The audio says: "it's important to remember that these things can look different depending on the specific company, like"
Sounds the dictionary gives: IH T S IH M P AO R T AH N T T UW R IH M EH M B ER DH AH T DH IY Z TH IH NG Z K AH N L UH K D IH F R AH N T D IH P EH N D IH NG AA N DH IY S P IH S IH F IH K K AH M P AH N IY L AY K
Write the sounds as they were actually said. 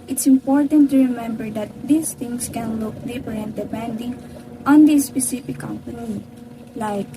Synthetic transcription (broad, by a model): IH T S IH M P AO R T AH N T T UW R IH M EH M B ER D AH T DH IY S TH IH NG S K AH N L UH K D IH P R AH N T D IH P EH N D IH NG AA N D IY S P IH S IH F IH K K AH M P AH N IY L AY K